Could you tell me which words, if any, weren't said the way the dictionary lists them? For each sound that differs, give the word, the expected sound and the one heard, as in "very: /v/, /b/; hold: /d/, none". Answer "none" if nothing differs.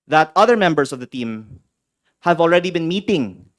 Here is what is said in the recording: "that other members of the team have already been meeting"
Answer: members: /z/, /s/